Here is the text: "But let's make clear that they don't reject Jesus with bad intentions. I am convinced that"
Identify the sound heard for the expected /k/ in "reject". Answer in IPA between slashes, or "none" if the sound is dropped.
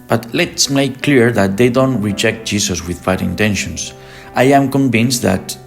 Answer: /k/